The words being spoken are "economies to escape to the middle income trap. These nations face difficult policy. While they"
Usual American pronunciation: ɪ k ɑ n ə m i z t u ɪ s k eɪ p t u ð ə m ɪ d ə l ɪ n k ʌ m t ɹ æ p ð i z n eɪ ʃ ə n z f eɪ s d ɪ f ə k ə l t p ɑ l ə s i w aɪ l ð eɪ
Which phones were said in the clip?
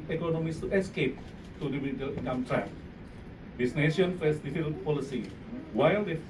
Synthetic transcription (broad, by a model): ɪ k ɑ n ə m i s t u ɪ s k eɪ p t u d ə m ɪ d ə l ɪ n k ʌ m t ɹ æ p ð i s n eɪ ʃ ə n f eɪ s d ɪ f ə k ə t p ɑ l ə s i w aɪ l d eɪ